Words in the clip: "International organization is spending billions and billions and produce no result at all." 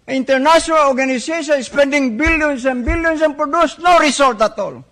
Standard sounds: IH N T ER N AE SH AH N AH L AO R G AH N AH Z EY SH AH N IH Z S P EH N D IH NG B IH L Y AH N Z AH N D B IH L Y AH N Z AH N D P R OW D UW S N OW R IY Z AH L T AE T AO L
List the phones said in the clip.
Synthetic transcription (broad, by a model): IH N T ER N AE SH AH N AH L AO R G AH N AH S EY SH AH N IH S P EH N D IH NG B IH L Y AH N S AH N B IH L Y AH N S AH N P R OW D UW S N OW R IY S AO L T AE T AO L